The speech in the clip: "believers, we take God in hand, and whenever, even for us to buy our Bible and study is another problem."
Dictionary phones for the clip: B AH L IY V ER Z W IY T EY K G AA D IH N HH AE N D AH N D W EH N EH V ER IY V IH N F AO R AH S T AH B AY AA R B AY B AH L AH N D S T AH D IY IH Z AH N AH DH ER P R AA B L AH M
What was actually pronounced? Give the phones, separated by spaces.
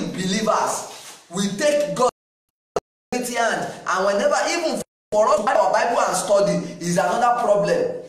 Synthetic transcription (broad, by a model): B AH L IY V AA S W IY T EY K G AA IH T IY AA N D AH N W EH N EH V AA IY V IH N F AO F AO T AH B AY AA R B AY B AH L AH N S T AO D IY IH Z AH N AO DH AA P R AA B L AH M